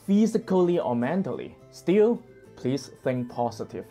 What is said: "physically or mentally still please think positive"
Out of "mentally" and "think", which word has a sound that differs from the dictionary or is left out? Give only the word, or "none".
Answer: none